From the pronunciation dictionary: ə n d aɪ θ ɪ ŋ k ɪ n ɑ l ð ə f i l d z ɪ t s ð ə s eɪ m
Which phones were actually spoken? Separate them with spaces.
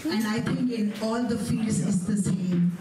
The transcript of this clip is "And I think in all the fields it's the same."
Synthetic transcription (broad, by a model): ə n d aɪ t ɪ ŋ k ɪ n ɑ l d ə f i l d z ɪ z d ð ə s eɪ m